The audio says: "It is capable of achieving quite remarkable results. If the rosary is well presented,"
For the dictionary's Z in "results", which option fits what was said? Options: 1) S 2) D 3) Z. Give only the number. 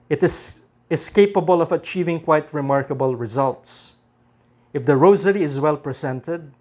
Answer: 3